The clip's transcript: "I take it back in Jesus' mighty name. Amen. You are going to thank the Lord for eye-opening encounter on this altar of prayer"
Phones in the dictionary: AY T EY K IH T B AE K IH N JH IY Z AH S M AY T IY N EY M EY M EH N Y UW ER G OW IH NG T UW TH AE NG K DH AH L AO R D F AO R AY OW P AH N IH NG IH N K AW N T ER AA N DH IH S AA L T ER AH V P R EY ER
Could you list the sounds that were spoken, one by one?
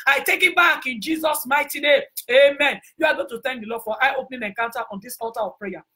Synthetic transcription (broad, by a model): AY T EY K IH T B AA K IH N JH IY Z AH S M AY T IY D EY EY M EH N Y UW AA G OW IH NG T UW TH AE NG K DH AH L AO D F AO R AY OW P N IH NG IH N K AW N T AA AA N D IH S AA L T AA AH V P R EY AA